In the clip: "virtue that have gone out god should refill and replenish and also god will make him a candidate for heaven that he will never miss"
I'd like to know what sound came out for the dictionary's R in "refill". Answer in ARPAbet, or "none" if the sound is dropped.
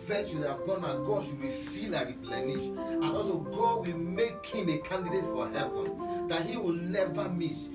W